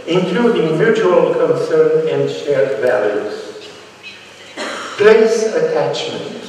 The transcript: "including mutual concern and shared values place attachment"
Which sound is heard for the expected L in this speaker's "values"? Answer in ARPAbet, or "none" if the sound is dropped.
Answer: L